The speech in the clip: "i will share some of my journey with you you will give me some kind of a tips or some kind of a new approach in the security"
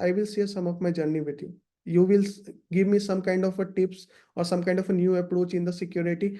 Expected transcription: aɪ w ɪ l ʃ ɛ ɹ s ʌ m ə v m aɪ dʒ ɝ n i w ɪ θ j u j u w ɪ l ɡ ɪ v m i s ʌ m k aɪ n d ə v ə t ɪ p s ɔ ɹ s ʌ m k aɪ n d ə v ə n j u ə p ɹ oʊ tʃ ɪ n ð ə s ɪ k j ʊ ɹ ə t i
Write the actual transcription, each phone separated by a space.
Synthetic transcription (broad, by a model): aɪ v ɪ l s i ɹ s ʌ m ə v m aɪ dʒ ɝ n i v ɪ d j u j u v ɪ l ɡ ɪ v m i s ʌ m k aɪ n d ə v ə t ɪ p s ɔ ɹ s ʌ m k aɪ n d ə f ə n j u ə p ɹ oʊ tʃ ɪ n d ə s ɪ k j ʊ ɹ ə t i